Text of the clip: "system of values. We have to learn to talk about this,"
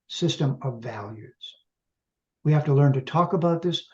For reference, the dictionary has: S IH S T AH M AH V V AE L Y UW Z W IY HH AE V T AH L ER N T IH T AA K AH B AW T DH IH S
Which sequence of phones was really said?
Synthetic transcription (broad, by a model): S IH S T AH M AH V V AE L Y UW Z W IY HH AE F T AH L ER N T IH T AA K AH B AW T DH IH S